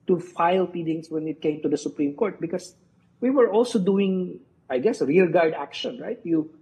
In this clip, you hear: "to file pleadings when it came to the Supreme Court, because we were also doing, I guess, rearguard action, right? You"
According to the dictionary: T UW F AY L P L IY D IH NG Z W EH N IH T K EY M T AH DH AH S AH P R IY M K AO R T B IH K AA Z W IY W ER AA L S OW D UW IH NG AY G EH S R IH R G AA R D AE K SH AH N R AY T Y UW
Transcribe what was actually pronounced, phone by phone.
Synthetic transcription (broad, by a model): T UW F AY L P IY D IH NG S W EH N IH T K EY M T AH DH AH S AH P R IY M K AO R T B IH K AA S W IY W ER AA L S OW D UW IH NG AY G EH S R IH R G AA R D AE K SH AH N R AY T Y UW